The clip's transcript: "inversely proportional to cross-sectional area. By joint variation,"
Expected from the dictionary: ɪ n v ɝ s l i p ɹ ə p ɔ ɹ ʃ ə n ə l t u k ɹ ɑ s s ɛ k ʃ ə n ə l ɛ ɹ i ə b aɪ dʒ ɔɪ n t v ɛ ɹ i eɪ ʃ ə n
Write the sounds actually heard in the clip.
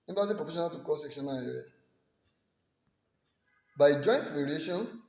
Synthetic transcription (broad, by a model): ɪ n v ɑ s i p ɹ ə f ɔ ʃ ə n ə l t u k ɑ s s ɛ k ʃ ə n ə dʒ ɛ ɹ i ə b aɪ dʒ ɔɪ n t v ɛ ɹ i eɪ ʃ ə n